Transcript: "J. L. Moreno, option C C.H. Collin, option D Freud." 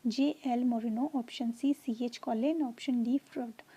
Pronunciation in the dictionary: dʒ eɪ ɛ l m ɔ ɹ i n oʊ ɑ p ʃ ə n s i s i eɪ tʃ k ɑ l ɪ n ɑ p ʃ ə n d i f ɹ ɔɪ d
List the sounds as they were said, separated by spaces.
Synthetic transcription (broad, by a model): dʒ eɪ ɛ l m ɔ ɹ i n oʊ ɑ p ʃ ə n s i s i eɪ tʃ k ɑ l ɪ n ɑ p ʃ ə n d i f ɹ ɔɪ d